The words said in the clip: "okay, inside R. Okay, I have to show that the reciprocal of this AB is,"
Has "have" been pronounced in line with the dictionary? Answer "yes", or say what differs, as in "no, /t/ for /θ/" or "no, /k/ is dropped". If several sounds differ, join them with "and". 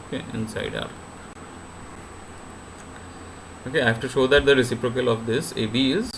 no, /f/ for /v/